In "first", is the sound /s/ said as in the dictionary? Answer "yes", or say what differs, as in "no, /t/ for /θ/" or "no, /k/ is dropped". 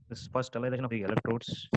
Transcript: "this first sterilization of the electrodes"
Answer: no, /s/ is dropped